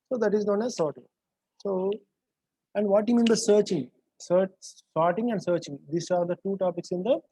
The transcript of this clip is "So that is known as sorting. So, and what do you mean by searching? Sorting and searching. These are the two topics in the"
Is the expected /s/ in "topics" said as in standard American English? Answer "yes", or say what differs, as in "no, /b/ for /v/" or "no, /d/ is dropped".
yes